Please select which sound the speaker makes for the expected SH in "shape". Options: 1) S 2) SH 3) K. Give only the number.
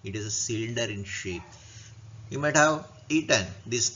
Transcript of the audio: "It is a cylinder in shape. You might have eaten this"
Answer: 2